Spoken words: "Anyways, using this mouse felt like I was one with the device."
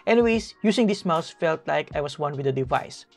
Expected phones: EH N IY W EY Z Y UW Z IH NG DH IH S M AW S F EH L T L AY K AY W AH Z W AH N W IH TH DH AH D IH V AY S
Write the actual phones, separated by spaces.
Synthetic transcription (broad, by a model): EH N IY W EY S Y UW S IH NG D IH S M AW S F EH L T L AY K AY W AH S W AH N W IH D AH D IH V AY S